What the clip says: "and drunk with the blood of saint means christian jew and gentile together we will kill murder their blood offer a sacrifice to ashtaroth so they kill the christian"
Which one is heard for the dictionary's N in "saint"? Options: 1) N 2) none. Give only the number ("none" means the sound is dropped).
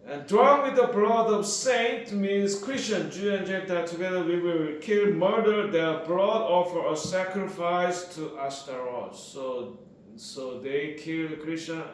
1